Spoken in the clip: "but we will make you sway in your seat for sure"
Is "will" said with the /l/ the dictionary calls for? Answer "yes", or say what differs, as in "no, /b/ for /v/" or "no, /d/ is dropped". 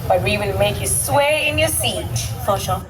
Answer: no, /n/ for /l/